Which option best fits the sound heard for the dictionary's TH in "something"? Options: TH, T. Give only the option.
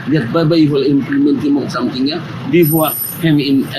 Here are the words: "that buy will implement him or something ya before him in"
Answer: T